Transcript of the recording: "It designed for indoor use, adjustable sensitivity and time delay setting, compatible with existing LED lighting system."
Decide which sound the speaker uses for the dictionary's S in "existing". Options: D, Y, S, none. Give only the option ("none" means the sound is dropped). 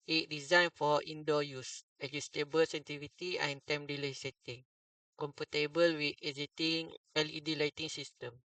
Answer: none